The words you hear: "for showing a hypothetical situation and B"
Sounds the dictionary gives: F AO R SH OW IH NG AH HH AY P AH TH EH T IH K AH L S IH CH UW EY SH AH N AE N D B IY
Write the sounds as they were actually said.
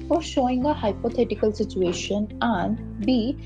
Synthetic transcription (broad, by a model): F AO R SH OW IH NG AH HH AY P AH T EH T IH K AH L S IH CH UW EY SH AH N AE N D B IY